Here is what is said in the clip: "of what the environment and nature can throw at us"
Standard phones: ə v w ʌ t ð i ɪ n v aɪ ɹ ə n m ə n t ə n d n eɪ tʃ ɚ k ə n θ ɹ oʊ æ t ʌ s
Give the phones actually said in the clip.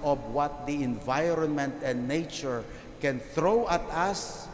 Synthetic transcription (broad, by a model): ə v w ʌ t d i ɪ n v aɪ ɹ ə n m ə n t ə n d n eɪ tʃ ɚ k ə n θ ɹ oʊ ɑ t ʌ s